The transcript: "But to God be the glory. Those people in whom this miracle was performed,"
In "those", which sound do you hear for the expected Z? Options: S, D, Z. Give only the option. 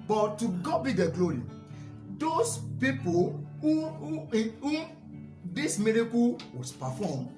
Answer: S